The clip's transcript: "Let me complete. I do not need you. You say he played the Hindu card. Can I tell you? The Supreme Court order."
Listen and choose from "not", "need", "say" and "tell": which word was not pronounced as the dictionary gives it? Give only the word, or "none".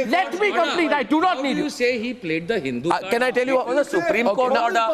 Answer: none